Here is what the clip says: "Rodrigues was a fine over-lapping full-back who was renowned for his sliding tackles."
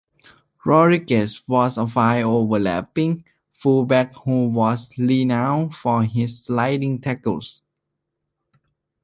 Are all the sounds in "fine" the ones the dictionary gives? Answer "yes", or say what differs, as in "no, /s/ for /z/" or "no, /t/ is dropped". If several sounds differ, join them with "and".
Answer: no, /n/ is dropped